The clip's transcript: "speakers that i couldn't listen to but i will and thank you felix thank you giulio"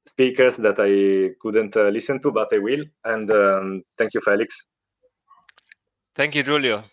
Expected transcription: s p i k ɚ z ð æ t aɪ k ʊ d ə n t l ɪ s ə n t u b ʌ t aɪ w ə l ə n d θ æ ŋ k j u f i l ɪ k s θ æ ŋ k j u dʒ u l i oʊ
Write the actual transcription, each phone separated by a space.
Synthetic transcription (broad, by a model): s p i k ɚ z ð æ t aɪ k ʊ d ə n t l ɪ s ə n t u b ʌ t aɪ w ə l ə n d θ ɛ ŋ k j u f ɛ l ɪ k s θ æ ŋ k j u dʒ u l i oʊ